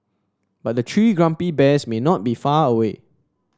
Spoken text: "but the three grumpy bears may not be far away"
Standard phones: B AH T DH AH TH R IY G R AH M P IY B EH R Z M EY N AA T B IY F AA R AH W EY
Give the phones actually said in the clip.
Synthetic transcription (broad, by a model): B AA T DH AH T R IY G R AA M P IY B EH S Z M EY N AA T B IY F AA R AH W EY